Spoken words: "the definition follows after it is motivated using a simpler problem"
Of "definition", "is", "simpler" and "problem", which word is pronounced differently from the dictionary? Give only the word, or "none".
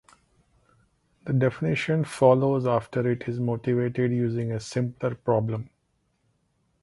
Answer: none